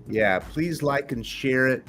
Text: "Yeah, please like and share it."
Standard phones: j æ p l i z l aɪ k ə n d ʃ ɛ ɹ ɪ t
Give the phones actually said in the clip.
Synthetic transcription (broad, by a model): j æ p l i z l aɪ k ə n ʃ ɛ ɹ ɪ t